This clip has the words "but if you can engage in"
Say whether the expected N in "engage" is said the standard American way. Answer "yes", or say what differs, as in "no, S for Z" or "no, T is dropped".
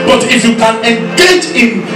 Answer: no, N is dropped